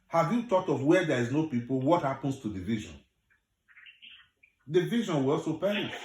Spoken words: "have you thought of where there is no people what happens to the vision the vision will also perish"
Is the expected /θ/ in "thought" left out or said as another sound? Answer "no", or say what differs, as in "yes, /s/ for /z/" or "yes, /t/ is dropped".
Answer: yes, /t/ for /θ/